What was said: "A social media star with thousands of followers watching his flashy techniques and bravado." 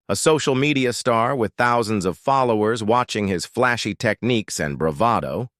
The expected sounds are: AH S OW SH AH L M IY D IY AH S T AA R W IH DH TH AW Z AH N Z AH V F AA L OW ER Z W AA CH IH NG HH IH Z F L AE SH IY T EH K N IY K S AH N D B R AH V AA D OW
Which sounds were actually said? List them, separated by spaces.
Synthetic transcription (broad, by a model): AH S OW SH L M IY D IY AH S T AA R W IH DH TH AW Z AH N Z AH V F AA L OW ER Z W AA CH IH NG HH IH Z F L AE SH IY T EH K N IY K S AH N B R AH V AA D OW